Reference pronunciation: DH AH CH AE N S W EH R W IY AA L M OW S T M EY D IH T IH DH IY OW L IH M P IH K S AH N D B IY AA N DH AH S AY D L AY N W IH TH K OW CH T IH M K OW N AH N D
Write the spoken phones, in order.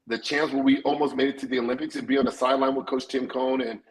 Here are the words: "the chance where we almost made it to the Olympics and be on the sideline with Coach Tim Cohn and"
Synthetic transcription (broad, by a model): DH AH CH AE N S W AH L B IY AA L M OW S T M EY D IH T IH DH IY OW L IH M P IH K S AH N B IY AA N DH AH S AY D L AY N W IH K OW S T IH M K OW N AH N